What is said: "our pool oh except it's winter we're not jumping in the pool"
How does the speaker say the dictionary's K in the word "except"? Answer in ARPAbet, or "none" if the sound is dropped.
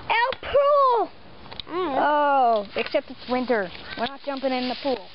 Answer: K